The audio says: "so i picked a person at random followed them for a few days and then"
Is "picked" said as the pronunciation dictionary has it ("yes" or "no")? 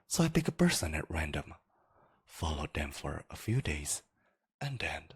no